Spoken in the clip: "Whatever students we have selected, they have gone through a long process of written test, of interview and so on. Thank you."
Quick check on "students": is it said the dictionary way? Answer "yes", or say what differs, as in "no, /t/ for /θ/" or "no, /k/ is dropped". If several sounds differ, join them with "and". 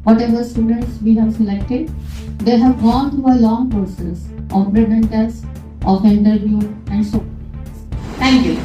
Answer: yes